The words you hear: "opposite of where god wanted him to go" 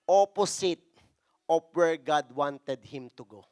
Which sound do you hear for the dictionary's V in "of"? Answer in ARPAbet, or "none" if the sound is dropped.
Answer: P